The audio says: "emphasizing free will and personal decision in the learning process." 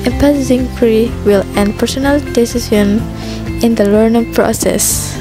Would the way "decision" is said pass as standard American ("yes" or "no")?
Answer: no